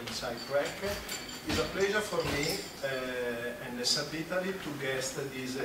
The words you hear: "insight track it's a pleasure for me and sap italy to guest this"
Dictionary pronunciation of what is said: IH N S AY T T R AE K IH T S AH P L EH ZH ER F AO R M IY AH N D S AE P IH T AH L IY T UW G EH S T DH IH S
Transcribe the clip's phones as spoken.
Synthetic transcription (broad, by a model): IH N S AY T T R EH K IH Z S AH P L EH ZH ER F AO R M IY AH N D S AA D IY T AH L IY T UW G EH S T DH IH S